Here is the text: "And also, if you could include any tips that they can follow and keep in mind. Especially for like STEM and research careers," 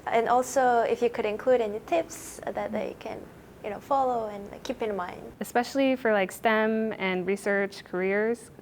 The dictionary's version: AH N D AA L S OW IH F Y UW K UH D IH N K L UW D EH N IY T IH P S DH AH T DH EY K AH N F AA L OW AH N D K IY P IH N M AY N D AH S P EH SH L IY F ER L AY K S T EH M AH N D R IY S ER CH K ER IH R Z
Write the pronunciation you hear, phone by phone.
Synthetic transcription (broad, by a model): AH N AA L S OW IH F Y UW K UH D IH N K L UW D EH N IY T IH P S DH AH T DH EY K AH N F AA L OW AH N K IY P IH N M AY N D AH S P EH SH L IY F ER L AY K S T EH M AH N R IY S ER CH K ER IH R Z